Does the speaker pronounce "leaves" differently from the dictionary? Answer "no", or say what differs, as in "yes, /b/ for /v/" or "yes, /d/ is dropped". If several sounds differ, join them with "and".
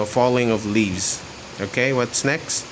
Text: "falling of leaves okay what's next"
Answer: no